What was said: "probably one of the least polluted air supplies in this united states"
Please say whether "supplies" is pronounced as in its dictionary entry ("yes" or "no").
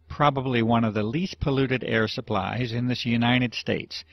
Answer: yes